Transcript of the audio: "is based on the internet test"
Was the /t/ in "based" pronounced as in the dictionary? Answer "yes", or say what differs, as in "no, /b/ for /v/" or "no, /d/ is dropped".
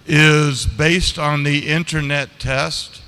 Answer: yes